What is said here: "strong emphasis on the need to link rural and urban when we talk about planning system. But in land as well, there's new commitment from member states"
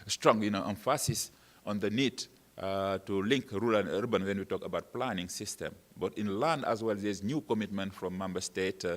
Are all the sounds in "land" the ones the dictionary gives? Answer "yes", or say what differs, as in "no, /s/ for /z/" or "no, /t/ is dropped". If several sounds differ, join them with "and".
yes